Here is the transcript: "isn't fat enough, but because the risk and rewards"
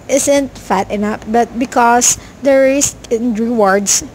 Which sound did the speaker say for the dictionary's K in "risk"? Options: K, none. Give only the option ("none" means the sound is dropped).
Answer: none